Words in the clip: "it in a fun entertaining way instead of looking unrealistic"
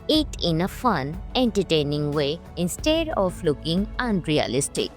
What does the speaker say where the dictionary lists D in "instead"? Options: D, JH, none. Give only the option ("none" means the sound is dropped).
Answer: D